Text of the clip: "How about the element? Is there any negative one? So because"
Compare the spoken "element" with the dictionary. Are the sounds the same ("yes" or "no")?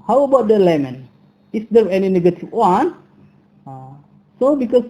no